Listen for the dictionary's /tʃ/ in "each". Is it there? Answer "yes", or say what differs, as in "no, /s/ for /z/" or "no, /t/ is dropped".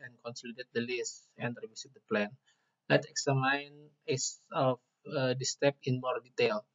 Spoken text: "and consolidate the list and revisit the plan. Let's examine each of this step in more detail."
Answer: no, /s/ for /tʃ/